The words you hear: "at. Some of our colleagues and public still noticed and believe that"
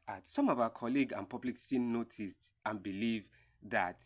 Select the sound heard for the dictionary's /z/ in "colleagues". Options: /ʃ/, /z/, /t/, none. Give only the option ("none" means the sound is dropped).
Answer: none